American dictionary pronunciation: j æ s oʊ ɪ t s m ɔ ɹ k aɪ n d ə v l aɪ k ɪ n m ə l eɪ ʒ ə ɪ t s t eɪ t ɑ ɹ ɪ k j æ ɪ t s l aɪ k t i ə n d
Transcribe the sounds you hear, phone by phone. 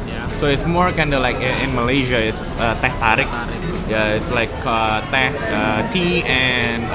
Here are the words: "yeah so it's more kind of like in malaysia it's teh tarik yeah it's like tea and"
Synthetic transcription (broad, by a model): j s oʊ ɪ t s m ɔ ɹ k aɪ n d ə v l aɪ k ɪ n m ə l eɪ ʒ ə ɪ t s t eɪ t ɑ ɹ ɪ k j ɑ ɪ t s l aɪ k t i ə n